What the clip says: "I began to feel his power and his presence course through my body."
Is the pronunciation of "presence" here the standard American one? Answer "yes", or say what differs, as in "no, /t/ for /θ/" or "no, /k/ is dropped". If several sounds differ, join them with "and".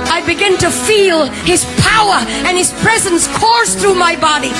yes